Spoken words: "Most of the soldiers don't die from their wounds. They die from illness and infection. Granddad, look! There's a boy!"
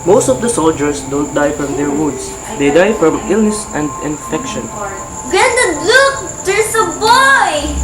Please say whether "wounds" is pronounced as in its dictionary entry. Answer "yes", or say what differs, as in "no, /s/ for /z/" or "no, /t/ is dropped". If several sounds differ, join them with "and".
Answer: no, /n/ is dropped